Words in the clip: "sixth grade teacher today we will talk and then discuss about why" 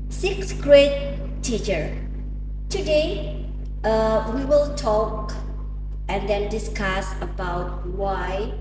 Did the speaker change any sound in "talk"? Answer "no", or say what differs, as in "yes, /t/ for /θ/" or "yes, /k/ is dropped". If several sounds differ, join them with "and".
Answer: no